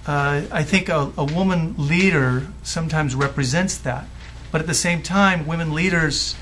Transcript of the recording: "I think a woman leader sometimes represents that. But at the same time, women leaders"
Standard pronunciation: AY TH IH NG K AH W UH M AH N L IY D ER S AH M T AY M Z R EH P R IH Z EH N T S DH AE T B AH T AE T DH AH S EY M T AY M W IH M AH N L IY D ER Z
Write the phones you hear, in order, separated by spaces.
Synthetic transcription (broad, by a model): AY TH IH NG K AH W UH M AH N L IY D ER S AH M T AY M Z R EH P R IH Z EH N T S DH AE T B AH T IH T DH AH S EY M T AY M W IH M AH N L IY D ER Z